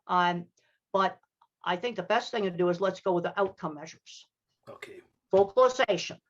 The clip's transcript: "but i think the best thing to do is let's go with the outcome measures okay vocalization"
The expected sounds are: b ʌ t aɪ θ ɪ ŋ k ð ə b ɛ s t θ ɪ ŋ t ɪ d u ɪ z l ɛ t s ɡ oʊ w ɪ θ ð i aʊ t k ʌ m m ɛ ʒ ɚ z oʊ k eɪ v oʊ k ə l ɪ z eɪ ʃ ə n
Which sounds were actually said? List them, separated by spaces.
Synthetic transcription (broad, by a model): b ʌ t aɪ θ ɪ ŋ k ð ə b ɛ s t θ ɪ ŋ t ɪ d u ɪ z l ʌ t s ɡ oʊ w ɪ ð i aʊ t k ʌ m m ɛ ʒ ɚ z oʊ k eɪ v oʊ k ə l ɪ z eɪ ʃ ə n